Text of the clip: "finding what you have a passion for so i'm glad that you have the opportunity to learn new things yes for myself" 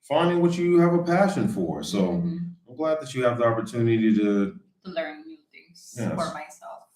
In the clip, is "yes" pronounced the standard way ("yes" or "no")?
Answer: no